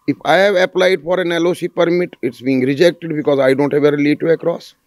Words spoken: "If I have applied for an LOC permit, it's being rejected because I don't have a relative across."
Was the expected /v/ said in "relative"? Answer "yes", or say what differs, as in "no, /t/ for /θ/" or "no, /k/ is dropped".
no, /v/ is dropped